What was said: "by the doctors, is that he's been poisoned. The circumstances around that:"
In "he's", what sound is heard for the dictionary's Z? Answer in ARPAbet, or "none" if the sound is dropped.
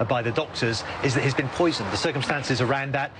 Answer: Z